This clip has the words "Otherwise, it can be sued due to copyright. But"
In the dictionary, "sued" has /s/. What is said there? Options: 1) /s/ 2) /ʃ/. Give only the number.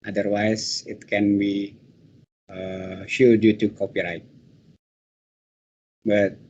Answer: 2